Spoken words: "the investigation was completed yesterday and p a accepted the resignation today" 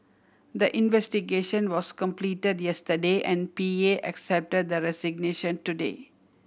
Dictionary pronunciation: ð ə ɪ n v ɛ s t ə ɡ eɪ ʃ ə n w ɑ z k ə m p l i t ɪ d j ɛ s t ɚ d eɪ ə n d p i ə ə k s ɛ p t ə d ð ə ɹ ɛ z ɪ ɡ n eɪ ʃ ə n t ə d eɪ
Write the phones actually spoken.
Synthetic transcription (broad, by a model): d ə ɪ n v ɛ s t ə ɡ eɪ ʃ ə n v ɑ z k ə m p l i t ɪ d j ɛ s t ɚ d eɪ ə n d p i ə ə k s ɛ p t ə d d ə ɹ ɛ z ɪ ɡ n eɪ ʃ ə n t ə d eɪ